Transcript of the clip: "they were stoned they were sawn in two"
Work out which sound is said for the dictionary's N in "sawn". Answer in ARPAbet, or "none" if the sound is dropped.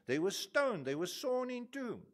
N